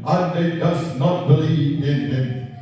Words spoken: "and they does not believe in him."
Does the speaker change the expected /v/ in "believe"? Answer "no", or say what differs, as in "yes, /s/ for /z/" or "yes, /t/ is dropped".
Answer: yes, /v/ is dropped